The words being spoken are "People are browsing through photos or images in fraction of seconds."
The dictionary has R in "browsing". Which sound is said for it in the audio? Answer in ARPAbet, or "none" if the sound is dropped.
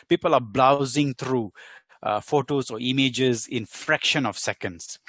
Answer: L